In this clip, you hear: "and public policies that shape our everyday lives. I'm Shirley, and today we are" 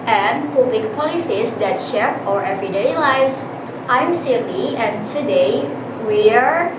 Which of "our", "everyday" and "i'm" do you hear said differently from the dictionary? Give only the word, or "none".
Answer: none